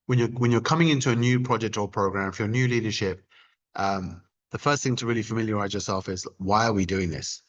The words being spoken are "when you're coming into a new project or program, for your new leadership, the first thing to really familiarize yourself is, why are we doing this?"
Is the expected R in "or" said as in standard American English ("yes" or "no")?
no